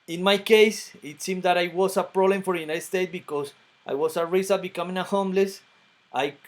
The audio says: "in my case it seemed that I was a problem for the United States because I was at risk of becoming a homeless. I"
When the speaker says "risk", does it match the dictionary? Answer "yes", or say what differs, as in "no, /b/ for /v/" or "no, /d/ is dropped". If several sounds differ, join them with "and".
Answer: no, /k/ is dropped